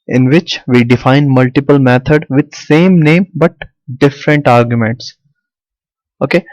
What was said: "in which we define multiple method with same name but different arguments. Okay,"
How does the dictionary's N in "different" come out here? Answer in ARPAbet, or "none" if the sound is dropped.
N